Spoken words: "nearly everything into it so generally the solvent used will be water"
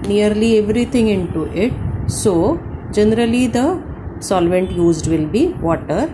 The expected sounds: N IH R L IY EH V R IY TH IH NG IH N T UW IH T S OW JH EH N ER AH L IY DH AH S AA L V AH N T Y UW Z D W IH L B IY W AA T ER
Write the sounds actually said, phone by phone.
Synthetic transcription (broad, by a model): N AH R L IY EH V R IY T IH NG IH N T UW IH T S OW JH EH N ER AH L IY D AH S AA L V AH N T Y UW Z D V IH L B IY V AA T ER